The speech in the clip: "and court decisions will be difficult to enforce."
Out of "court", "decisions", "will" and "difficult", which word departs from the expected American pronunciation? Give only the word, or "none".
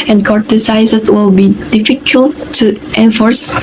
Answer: decisions